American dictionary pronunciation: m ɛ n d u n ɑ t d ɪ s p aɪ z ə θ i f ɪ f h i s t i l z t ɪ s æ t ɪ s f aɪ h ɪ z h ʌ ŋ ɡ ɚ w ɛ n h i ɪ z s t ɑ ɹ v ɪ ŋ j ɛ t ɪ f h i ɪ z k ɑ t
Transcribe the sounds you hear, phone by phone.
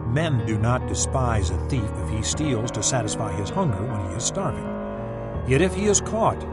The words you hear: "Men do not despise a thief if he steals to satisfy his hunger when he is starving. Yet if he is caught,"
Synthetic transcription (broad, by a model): m ɛ n d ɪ n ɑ t d ɪ s p aɪ z ə θ i f ɪ f h i s t i l z t ɪ s æ t ɪ s f aɪ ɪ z h ʌ ŋ ɡ ɚ w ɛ n i ɪ z s t ɑ ɹ v ɪ ŋ j ɛ t ɪ f h i ɪ z k ɑ t